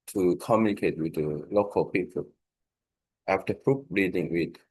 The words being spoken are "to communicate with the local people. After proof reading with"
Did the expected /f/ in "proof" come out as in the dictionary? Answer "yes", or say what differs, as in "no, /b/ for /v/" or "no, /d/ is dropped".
no, /p/ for /f/